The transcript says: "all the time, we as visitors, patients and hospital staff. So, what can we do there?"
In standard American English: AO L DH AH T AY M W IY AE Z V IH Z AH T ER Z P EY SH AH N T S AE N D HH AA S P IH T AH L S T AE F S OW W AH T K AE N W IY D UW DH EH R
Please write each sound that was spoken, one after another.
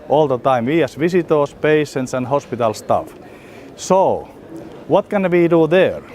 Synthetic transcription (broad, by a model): AO L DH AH T AY M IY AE S V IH S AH T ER S P EY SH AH N T S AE N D HH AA S P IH T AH L S T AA F S OW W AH T K AE N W IY D UW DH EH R